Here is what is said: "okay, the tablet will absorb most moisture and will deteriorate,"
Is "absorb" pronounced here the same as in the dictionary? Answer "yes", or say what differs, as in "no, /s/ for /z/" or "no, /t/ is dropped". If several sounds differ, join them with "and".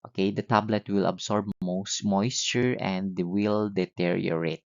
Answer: no, /s/ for /z/